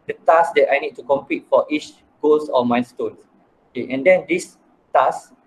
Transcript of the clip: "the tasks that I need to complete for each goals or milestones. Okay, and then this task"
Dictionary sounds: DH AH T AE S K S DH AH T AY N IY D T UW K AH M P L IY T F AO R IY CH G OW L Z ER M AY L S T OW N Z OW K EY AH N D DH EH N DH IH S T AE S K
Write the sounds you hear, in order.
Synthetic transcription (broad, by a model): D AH T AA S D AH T AY N IY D T UW K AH M P IY T F AO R IY CH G OW L S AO M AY S T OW N S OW K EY AH N D EH N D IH S T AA S